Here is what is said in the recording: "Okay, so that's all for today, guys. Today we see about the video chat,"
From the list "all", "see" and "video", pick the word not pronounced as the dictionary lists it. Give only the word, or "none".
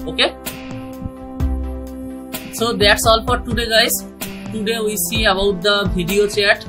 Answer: video